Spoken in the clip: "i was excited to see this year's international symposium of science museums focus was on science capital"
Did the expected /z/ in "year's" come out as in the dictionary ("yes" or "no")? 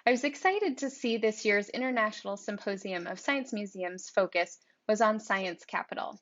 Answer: yes